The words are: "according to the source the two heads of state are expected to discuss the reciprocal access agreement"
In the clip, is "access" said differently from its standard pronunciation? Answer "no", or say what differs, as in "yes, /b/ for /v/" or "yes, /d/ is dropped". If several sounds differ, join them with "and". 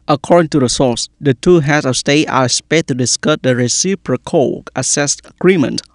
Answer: yes, /k/ is dropped